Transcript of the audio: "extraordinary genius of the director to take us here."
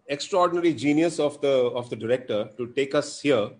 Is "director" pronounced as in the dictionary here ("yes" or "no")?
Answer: yes